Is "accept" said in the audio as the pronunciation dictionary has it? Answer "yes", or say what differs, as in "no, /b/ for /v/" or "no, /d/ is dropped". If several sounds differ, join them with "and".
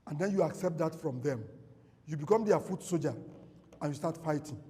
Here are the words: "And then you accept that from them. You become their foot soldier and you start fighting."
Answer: yes